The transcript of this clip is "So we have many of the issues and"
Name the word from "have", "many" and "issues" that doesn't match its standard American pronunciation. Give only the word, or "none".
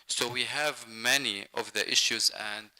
none